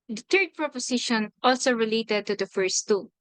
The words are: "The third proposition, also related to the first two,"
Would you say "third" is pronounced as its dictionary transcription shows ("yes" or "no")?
no